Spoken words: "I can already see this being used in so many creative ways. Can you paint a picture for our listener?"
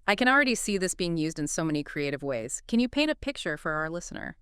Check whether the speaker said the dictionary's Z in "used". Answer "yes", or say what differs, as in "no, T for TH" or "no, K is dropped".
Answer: yes